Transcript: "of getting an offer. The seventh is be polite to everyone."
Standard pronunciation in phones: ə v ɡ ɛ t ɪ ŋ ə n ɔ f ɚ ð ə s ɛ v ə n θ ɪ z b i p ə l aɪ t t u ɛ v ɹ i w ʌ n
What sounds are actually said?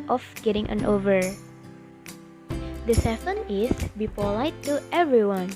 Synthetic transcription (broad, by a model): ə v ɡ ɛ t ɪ ŋ ə n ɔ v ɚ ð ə s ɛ f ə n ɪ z b i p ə l aɪ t t u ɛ v ɹ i w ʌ n